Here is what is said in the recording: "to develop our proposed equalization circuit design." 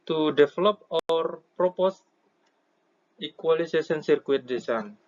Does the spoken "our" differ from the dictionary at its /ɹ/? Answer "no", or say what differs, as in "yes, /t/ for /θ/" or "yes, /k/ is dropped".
no